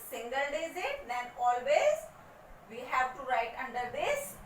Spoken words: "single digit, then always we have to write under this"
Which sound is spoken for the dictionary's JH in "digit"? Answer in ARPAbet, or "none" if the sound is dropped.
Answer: Z